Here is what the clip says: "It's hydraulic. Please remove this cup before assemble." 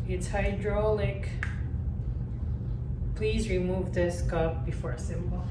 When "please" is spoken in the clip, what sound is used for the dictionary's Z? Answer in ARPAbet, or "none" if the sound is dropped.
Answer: Z